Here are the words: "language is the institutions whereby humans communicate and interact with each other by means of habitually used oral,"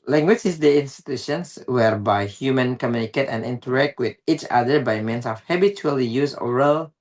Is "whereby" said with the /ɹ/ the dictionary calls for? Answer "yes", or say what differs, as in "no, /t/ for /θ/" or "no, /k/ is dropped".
yes